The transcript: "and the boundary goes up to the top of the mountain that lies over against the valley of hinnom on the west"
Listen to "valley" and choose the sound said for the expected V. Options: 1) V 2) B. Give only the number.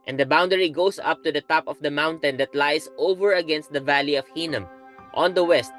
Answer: 1